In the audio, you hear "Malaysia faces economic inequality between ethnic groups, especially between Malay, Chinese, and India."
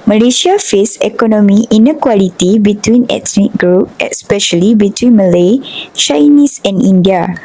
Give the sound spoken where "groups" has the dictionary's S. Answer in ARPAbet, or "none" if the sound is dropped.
none